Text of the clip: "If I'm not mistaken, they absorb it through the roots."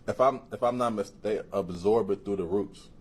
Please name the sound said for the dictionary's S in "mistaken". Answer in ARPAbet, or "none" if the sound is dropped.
none